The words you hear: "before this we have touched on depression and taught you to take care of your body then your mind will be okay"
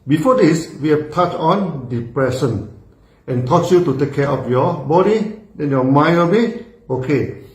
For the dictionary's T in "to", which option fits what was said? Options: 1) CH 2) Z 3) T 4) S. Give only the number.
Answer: 3